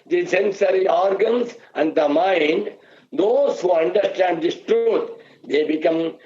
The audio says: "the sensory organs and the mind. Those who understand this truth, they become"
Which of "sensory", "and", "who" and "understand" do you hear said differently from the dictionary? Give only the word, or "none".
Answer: none